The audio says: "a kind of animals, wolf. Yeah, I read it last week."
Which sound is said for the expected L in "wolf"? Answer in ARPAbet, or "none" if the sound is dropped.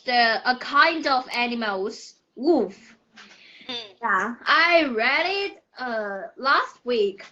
none